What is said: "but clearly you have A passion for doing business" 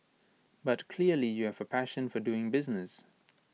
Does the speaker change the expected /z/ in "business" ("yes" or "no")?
no